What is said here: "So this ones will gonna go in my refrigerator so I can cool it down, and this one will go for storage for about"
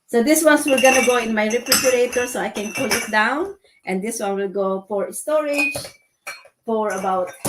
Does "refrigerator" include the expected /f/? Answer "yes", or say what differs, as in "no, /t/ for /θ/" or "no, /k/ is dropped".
no, /p/ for /f/